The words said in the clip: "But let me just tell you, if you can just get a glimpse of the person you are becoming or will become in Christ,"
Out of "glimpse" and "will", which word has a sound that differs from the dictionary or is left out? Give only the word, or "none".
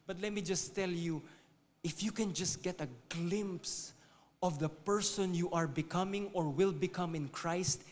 none